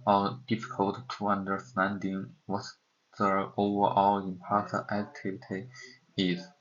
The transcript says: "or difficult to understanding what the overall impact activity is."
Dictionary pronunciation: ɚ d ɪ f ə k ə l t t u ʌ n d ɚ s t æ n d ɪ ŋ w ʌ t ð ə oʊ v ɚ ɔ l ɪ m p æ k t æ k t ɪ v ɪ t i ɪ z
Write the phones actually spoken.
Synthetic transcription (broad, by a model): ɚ d ɪ f ə k ə l t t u ʌ n d ɚ s t æ n d ɪ ŋ w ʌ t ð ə oʊ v ɚ ɔ l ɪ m p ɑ t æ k t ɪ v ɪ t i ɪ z